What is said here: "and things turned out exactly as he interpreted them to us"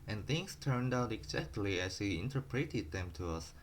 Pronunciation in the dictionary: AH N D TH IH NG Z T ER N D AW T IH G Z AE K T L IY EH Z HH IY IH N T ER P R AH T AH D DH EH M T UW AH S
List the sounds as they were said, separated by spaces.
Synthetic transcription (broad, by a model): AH N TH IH NG S T ER N D AW T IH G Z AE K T L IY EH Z HH IY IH N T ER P R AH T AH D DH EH M T UW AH S